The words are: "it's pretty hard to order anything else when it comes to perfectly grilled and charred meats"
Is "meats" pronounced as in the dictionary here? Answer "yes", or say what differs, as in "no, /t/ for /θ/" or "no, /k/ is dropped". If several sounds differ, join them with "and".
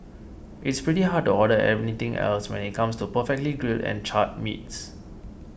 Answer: yes